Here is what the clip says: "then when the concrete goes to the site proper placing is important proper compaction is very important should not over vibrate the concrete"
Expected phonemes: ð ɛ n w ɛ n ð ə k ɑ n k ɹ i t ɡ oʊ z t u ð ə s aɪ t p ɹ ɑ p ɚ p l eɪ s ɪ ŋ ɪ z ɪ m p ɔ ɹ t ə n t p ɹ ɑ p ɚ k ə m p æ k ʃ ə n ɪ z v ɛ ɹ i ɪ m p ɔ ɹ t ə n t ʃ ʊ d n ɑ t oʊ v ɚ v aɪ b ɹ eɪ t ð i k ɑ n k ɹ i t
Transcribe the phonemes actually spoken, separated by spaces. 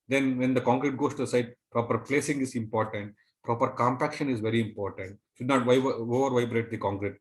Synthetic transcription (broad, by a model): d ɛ n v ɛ n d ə k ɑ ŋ k ɹ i t ɡ oʊ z t u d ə s aɪ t p ɹ ɑ p ɚ p l eɪ s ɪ ŋ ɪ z ɪ m p ɔ ɹ t ə n t p ɹ ɑ p ɚ k ə m p æ k ʃ ə n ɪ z v ɛ ɹ i ɪ m p ɔ ɹ t ə n t ʃ ʊ d n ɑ t oʊ v ɚ v aɪ b ɹ eɪ t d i k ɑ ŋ k ɹ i t